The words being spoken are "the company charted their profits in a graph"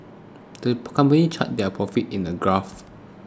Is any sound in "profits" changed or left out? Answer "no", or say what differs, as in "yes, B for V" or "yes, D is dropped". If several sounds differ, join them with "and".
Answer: yes, S is dropped